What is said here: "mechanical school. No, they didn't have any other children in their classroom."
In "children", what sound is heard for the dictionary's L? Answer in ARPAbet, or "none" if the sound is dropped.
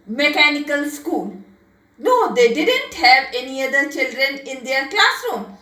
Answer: L